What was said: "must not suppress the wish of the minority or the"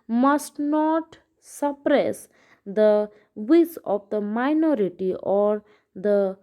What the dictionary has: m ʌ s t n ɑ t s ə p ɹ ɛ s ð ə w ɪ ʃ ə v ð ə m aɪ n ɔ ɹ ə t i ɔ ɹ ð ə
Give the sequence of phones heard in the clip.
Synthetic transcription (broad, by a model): m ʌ s t n ɑ t s ə p ɹ ɛ s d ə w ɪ s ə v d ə m aɪ n ɔ ɹ ə t i ɔ ɹ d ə